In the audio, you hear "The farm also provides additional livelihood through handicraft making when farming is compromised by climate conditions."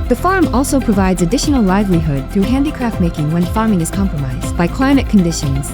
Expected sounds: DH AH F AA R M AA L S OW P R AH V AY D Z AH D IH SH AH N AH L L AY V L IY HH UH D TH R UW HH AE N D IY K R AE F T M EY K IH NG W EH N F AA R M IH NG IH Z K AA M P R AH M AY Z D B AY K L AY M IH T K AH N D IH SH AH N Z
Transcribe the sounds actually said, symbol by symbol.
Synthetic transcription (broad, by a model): DH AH F AA R M AA L S OW P R AH V AY D Z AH D IH SH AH N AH L L AY V L IY HH UH D TH R UW HH AE N D IY K R AE F T M EY K IH NG W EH N F AA R M IH NG IH Z K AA M P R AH M AY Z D B AY K L AY M IH T K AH N D IH SH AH N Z